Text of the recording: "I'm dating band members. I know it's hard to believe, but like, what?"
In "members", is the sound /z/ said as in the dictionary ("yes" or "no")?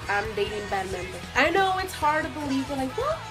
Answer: no